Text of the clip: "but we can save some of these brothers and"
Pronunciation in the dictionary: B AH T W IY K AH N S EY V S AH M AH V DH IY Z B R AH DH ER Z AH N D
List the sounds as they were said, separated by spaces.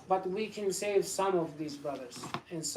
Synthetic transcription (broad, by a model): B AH T W IY K AH N S EY V S AH M AH V DH IY Z B R AH DH ER Z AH N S